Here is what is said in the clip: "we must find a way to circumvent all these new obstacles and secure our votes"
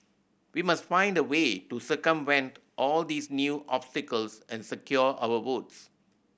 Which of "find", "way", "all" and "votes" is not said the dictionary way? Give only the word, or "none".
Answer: votes